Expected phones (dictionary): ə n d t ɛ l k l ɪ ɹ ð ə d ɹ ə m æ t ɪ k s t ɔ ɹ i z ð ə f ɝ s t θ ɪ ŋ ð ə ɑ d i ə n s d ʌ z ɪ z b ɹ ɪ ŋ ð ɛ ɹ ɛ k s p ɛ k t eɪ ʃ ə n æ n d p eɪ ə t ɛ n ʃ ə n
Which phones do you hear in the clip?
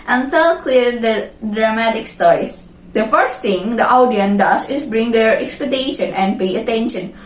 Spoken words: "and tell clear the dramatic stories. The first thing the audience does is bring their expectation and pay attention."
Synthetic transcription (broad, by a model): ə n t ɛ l k l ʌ ɹ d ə d ɹ ə m æ t ɪ k s t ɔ ɹ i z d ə f ɝ s t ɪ ŋ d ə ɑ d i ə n d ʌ s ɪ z b ɹ ɪ ŋ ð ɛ ɹ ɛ k s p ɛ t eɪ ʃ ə n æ n d p eɪ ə t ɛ n ʃ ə n